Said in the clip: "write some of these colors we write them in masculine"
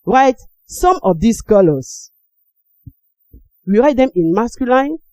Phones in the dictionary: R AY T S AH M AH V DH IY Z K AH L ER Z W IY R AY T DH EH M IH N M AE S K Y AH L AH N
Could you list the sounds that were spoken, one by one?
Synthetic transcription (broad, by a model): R AY T S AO M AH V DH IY S K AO L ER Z W IY R AY T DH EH M IH N M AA S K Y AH L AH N